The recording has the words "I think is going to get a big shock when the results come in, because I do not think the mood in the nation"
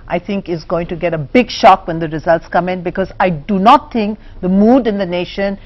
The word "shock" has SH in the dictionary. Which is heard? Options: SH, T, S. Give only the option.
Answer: SH